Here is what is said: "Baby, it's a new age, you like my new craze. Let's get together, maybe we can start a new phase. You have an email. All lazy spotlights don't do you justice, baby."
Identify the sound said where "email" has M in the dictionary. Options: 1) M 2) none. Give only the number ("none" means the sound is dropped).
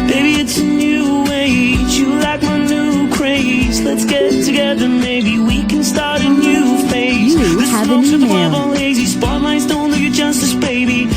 2